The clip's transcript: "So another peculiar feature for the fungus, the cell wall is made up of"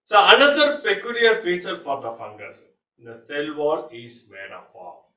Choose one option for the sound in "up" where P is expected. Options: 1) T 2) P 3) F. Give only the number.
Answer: 3